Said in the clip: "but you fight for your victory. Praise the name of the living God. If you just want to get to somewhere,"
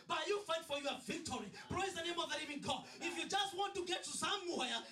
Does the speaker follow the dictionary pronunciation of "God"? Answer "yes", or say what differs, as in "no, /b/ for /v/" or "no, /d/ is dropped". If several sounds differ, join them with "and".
no, /d/ is dropped